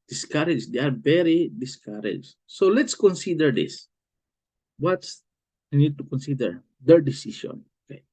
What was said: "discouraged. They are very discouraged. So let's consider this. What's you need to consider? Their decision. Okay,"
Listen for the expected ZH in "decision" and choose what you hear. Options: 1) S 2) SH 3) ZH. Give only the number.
2